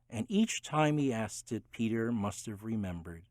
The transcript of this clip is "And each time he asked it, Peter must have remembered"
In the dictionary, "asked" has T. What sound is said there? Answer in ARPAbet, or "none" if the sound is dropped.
T